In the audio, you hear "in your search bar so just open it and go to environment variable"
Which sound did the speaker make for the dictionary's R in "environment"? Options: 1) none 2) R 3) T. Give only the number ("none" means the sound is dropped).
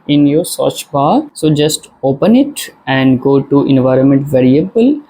2